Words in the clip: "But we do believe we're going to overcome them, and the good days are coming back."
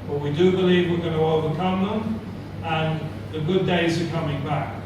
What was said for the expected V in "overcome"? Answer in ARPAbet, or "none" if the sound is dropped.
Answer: V